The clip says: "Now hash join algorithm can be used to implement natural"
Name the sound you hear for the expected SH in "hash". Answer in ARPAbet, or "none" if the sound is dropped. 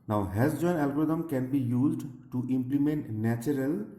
S